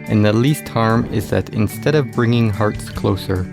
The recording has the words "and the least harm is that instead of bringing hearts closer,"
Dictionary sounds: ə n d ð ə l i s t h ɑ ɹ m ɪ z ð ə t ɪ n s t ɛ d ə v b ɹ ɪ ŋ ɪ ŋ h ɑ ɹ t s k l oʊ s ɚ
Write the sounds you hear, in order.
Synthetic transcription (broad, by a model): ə n ð ə l i s t h ɑ ɹ m ɪ z ð ə t ɪ n s t ɛ d ə v b ɹ ɪ ŋ ɪ ŋ h ɑ ɹ t s k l oʊ s ɚ